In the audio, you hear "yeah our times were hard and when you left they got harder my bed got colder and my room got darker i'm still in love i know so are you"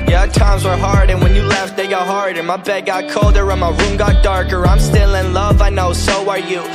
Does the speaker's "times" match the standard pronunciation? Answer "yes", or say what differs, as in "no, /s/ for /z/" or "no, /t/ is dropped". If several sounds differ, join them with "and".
yes